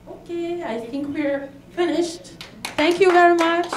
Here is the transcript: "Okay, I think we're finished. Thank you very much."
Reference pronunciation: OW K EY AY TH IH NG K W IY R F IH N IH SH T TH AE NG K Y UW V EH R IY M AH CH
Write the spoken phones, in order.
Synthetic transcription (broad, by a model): OW K EY AY TH IH NG K W IY R F IH N IH SH T TH AE NG K Y UW V EH R IY M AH CH